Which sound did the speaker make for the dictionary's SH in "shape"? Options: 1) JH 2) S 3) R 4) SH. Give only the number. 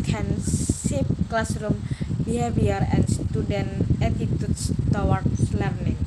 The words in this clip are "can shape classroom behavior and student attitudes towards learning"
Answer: 2